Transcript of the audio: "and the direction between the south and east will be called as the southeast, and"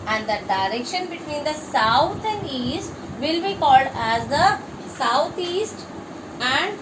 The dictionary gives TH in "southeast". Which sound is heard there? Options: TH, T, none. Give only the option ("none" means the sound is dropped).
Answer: T